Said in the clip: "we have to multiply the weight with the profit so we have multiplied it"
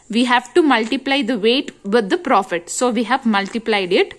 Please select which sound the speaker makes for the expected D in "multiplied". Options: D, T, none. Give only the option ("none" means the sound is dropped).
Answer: D